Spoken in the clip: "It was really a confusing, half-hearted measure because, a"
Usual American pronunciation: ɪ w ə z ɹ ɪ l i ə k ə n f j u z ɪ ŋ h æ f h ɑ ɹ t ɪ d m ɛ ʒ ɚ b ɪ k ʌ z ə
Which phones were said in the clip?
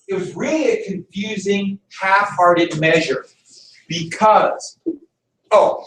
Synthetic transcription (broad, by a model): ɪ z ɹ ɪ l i k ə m f j u z ɪ ŋ h æ f h ɑ ɹ t ɪ d m ɛ ʒ ɚ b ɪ k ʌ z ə